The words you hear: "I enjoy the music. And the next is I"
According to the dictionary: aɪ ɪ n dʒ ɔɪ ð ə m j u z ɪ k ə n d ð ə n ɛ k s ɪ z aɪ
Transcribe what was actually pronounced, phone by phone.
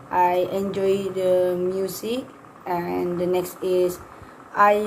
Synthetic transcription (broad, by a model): aɪ ɪ n dʒ ɔɪ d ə m j u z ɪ k ə n d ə n ɛ k s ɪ s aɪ